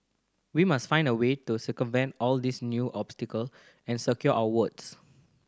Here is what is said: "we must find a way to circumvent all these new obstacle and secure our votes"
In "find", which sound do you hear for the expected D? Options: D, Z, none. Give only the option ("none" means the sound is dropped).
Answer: D